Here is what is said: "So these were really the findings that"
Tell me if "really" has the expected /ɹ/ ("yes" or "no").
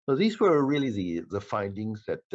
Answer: no